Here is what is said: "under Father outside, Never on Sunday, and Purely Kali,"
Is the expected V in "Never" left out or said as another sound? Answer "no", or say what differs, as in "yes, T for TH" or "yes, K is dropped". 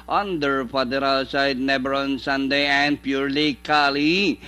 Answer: yes, B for V